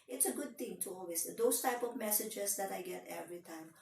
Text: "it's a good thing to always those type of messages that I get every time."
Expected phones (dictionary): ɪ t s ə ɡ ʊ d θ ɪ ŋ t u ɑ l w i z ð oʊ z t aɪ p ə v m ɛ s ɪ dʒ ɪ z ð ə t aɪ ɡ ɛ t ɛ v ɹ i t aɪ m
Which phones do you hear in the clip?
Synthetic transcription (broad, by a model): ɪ t s ə ɡ ʊ d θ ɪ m t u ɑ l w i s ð oʊ s t aɪ p ə v m ɛ s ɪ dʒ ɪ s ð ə t aɪ ɡ ɛ t ɛ v ɹ i t aɪ m